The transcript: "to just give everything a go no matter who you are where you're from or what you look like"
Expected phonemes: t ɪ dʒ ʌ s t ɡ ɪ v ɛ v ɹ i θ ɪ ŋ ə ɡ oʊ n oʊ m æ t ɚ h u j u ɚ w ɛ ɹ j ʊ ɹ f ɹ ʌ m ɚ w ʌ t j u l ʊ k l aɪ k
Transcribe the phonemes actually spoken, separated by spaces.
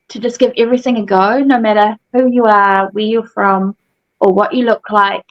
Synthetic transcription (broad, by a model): t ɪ dʒ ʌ s ɡ ɪ v ɛ v ɹ i θ ɪ ŋ ə ɡ oʊ n oʊ m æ t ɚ h u j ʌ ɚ w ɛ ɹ j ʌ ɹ f ɹ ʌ m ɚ w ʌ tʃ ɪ l ʊ k l aɪ k